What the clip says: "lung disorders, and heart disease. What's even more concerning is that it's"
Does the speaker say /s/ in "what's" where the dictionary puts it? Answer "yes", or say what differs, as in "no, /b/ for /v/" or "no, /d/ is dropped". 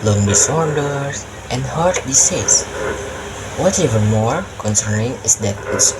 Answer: no, /s/ is dropped